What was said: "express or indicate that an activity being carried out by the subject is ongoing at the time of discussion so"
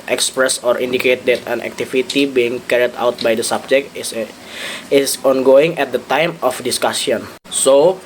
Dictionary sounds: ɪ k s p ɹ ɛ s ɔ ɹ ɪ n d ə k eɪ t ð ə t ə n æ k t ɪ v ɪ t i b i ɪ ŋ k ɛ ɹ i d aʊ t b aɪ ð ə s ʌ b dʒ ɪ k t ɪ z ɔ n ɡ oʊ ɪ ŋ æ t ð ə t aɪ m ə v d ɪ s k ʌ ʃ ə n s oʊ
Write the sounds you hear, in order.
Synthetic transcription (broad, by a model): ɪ k s p ɹ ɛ s ɔ ɹ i n d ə k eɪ t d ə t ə n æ k t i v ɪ t i b i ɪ ŋ k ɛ ɹ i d aʊ t b aɪ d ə s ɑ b dʒ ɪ k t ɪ s ɔ n ɡ oʊ ɪ ŋ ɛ t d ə t aɪ m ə f d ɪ s k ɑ s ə n s oʊ